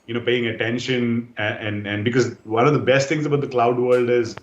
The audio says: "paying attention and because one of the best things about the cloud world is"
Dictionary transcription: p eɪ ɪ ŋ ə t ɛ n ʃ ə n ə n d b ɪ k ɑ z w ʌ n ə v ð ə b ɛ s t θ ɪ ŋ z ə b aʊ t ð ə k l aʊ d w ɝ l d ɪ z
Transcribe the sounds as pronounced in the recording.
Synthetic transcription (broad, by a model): p eɪ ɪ ŋ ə t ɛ n ʃ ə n ə n d b ɪ k ɑ z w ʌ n ə v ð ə b ɛ s t t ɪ ŋ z ə b aʊ t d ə k l aʊ d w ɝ l d ɪ z